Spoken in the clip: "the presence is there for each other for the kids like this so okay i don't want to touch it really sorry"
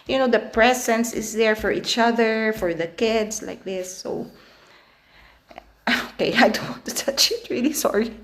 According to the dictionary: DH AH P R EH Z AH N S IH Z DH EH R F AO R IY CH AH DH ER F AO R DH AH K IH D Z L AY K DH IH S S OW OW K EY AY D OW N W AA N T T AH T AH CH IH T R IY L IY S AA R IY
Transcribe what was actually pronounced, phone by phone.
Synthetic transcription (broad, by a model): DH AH P R EH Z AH N S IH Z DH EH R F AO R IY CH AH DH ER F AO R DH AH K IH D S L AY K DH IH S S OW OW K EY AY D OW N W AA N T T AH T AH CH IH T R IY L IY S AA R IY